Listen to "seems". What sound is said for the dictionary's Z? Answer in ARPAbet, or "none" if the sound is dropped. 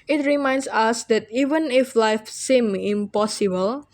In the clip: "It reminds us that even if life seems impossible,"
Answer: none